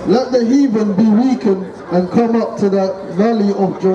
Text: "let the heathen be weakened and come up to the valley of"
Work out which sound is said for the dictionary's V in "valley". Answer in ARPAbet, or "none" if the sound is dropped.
V